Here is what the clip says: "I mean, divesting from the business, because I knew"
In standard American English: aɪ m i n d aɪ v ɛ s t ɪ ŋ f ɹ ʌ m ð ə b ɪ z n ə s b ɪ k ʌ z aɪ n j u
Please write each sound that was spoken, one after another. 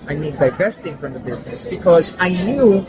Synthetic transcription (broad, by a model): aɪ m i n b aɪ p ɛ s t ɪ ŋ f ɹ ʌ m ð ə b ɪ z n ə s b ɪ k ʌ z aɪ n j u